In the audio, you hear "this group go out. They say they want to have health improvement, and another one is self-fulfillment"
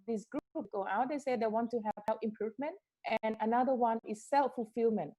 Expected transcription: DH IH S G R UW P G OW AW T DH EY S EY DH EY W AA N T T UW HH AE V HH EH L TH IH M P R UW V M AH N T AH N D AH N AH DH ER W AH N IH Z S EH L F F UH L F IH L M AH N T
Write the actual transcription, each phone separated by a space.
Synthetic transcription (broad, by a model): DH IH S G R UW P G OW AW T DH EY S EY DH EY W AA N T T UW HH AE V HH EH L F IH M P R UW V M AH N T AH N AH N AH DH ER W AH N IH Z S EH L F F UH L F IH L M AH N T